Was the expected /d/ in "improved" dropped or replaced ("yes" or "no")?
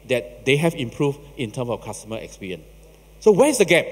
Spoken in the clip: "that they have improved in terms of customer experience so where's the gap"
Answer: yes